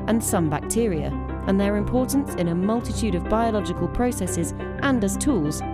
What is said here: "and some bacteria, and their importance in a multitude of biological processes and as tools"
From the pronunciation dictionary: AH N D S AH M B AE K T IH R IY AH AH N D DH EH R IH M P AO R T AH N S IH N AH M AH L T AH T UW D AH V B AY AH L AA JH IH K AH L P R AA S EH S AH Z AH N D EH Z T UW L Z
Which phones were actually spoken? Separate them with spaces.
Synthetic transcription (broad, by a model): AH N S AH M B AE K T IH R IY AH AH N DH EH R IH M P AO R T N S IH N AH M AH L T AH T UW D AH V B AY AH L AA JH IH K AH L P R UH S EH S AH Z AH N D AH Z T UW L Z